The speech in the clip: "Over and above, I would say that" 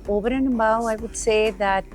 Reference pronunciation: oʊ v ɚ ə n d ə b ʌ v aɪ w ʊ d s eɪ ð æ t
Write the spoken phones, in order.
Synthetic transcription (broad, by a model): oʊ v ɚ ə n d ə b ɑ aɪ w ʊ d s eɪ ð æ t